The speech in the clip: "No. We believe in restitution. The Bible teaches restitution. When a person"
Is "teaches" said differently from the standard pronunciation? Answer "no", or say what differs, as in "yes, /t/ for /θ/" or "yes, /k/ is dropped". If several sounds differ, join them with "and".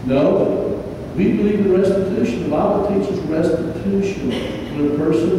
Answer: yes, /s/ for /tʃ/